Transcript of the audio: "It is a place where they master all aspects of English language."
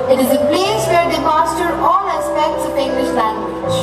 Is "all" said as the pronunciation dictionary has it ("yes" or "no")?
no